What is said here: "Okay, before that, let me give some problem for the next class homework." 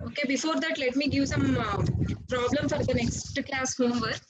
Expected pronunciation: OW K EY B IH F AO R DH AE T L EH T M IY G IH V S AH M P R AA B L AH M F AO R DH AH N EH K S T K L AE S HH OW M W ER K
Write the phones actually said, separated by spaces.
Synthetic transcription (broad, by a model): OW K EY B IH F AO R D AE T L EH T M IY G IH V S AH M P R AA B L AH M F AO R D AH N EH K S T K L AE S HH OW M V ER